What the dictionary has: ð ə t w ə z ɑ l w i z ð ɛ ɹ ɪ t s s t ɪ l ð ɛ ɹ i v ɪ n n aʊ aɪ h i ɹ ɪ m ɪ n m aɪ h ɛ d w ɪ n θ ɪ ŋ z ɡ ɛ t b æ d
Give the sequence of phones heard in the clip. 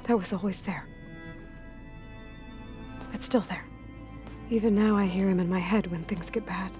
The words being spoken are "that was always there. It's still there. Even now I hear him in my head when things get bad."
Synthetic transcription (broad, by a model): ð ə t w ə z ɑ l w i z ð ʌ ɹ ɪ t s s t ɪ l ð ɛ ɹ i v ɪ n n aʊ aɪ h i ɹ ɪ m ɪ n m aɪ h ɛ d w ɪ n θ ɪ ŋ z ɡ ɛ t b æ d